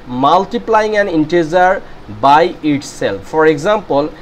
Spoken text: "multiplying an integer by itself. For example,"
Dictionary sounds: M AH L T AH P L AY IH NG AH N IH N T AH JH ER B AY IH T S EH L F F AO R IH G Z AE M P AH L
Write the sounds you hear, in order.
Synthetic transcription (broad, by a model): M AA L T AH P L AY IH NG AH N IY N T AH Z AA B AY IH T S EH L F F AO R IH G Z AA M P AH L